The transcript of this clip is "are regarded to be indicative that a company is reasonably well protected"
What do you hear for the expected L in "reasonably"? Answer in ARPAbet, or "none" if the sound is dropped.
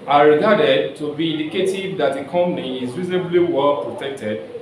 L